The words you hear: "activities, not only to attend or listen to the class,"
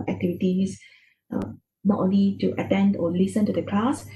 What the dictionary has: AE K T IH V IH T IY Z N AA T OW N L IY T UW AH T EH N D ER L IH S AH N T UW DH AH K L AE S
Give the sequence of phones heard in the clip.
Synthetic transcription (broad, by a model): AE K T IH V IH T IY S N AA T OW N L IY T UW AH T EH N D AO L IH S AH N T UW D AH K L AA S